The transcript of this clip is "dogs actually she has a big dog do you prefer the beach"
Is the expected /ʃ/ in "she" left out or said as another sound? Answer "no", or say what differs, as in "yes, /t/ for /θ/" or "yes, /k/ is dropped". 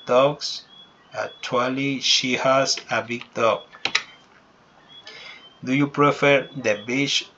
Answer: no